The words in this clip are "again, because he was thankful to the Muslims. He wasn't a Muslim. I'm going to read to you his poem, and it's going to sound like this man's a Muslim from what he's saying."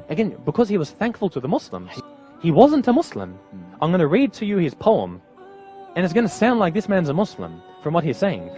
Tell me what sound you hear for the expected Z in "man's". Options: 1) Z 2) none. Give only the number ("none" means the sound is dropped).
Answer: 1